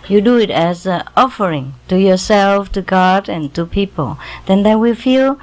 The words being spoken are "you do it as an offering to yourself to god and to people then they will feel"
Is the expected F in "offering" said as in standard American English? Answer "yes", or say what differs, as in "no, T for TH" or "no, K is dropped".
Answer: yes